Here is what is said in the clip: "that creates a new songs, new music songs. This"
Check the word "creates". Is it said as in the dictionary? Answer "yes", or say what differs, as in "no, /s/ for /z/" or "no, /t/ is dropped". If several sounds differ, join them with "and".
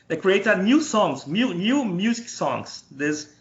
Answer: no, /s/ is dropped